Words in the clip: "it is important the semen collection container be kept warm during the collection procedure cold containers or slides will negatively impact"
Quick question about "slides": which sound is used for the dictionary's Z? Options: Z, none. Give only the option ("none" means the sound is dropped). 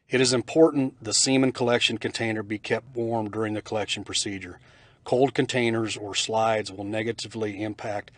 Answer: Z